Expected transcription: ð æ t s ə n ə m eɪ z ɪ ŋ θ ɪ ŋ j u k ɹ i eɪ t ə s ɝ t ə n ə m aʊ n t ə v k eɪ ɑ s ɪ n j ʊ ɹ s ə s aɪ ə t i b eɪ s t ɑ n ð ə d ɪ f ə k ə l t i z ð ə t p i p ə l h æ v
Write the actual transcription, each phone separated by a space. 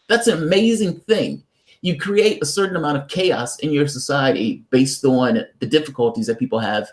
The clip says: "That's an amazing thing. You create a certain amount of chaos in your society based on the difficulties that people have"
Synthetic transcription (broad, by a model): ð æ t s ə n ə m eɪ z ɪ ŋ θ ɪ ŋ j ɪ k ɹ i eɪ t ə s ɝ t n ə m aʊ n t ə v k eɪ ɑ s ɪ n j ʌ ɹ s ə s aɪ ə t i b eɪ s t n ð ə d ɪ f ə k ə l t i z ð ə t p i p l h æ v